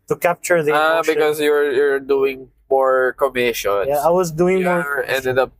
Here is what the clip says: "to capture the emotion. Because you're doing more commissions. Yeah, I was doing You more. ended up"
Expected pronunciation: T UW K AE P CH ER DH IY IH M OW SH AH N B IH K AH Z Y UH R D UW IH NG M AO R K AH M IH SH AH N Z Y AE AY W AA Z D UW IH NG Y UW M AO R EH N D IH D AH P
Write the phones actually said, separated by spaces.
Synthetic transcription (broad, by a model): T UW K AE P CH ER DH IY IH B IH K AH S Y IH AH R Y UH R D UW IH NG M AO R K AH M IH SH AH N Y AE AY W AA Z D UW IH NG M AO R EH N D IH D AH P